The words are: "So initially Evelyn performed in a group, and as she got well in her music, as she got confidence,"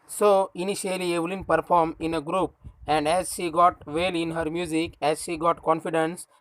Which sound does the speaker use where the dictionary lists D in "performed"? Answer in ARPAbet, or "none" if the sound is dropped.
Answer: none